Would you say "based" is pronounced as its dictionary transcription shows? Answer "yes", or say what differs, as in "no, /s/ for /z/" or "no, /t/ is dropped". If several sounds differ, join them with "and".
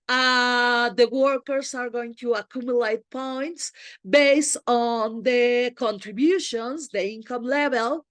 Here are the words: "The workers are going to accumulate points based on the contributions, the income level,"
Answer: yes